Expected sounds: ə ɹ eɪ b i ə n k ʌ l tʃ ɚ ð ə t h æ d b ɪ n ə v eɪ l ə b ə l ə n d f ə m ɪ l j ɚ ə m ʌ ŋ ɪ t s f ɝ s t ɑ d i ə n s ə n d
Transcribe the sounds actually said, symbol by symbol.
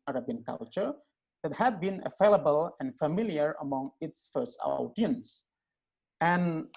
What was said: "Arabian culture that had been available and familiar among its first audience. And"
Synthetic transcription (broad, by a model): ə ɹ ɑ b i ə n k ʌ l tʃ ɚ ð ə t h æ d b ɪ n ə f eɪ l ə b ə l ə n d f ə m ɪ l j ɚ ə m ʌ ŋ ɪ t s f ɝ s t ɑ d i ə n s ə n